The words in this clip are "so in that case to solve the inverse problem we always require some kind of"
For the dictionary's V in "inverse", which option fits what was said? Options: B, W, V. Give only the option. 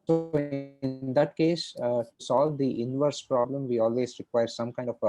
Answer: V